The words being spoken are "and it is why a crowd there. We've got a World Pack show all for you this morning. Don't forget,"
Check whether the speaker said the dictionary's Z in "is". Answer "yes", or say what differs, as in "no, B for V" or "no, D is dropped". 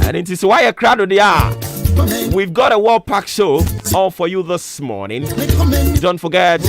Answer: no, S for Z